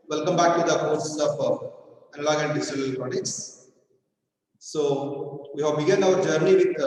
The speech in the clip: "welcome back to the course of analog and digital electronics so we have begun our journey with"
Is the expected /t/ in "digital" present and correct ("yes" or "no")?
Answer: no